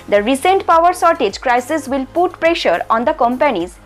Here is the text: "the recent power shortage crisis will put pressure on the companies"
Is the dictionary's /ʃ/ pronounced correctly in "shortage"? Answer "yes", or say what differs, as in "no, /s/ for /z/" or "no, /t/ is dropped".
no, /s/ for /ʃ/